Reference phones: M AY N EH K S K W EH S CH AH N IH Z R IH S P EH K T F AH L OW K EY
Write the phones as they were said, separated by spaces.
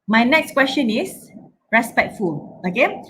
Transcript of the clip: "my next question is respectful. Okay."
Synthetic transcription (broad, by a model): M AY N EH K S K W EH S CH AH N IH S R IH S P EH K T F AH L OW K EY